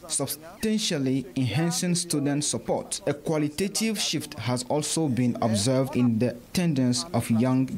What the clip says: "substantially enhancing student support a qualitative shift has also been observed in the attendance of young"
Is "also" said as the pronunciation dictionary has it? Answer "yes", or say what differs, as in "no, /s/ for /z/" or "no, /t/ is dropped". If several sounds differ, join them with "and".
yes